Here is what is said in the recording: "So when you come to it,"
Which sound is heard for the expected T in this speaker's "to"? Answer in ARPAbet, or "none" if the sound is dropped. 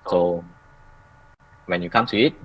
S